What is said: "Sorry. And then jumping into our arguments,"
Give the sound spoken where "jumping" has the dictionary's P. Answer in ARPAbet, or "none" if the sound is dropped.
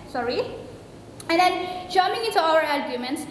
none